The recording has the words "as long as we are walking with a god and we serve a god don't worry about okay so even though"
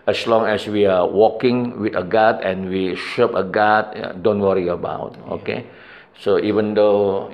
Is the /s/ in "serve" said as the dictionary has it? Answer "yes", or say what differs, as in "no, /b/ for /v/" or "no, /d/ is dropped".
no, /ʃ/ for /s/